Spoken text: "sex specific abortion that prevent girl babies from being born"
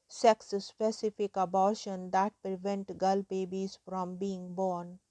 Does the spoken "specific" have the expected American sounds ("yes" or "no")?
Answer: yes